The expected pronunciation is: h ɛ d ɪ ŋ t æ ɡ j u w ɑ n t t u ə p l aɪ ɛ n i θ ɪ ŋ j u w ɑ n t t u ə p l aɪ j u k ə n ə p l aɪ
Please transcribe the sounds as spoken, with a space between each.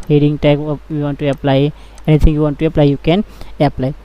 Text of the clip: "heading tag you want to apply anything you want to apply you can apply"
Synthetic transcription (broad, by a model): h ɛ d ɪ ŋ t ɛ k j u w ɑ n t t u ə p l aɪ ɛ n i t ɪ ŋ j u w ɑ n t t u ə p l aɪ j u k ə n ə p l aɪ